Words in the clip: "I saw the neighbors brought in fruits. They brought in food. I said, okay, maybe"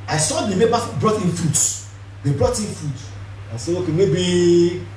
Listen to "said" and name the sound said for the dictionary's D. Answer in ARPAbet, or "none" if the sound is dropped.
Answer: none